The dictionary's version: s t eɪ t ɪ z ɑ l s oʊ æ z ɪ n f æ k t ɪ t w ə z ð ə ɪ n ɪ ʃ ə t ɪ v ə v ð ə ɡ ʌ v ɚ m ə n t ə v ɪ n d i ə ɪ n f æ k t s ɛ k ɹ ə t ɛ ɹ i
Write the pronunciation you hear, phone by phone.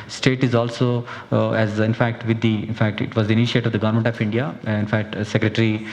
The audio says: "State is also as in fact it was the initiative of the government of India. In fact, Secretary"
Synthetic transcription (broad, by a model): s t eɪ t ɪ z ɑ l s oʊ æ z ɪ n f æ k t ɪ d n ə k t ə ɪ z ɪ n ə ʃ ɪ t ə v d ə ɡ ʌ v ɚ m ə n t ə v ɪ n d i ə ɪ n f æ k t s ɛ k ɹ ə t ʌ ɹ i